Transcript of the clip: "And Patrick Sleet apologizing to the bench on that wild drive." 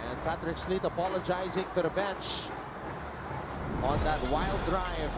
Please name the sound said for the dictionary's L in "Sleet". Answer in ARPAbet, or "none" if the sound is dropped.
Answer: L